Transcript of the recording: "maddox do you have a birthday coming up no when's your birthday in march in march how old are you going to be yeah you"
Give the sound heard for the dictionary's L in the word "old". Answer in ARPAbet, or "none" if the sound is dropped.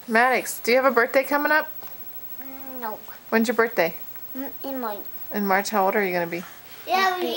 none